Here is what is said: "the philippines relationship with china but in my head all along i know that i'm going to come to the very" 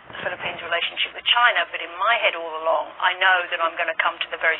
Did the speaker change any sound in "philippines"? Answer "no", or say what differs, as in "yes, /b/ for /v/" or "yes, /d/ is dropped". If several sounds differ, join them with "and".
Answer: no